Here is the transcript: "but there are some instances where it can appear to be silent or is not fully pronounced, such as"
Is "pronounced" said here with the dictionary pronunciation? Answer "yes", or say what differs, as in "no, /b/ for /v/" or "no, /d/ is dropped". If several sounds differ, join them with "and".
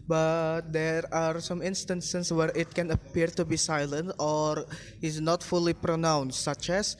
yes